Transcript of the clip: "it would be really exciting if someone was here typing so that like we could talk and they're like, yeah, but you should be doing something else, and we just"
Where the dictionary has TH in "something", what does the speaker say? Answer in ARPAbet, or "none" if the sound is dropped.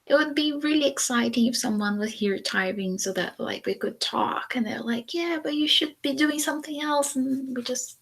TH